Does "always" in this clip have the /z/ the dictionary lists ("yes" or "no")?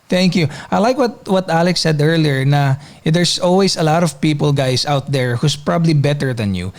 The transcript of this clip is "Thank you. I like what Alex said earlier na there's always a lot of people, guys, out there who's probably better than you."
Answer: no